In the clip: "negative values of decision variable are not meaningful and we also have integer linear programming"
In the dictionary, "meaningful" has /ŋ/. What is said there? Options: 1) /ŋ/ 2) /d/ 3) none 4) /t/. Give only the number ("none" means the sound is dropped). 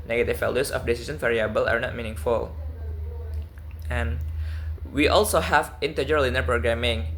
1